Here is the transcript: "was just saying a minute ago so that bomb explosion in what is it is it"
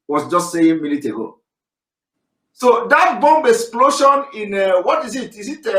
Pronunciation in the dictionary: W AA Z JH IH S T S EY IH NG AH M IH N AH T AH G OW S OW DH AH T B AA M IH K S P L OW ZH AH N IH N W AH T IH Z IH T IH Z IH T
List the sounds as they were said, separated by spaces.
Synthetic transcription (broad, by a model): W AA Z JH IH S T S EY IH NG M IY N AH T AH G OW S OW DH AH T B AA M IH K S P L OW SH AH N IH N W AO T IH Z IH T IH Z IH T